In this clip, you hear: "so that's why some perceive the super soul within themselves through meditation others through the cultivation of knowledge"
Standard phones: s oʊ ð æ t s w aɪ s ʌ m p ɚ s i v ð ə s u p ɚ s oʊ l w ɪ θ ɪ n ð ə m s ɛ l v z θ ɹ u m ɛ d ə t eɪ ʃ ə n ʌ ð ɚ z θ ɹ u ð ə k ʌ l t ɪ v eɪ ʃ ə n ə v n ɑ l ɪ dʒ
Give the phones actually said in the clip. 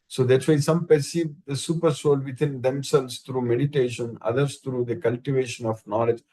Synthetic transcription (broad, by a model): s oʊ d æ t s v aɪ s ʌ m p ɚ s i v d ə s u p ɚ s oʊ l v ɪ t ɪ n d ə m s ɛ l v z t ɹ u m ɛ d ə t eɪ ʃ ə n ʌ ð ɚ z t ɹ u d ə k ʌ l t ɪ v eɪ ʃ ə n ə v n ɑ l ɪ dʒ